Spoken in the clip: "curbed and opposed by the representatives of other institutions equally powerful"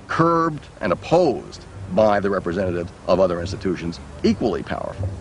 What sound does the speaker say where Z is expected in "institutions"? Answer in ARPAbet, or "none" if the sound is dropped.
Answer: Z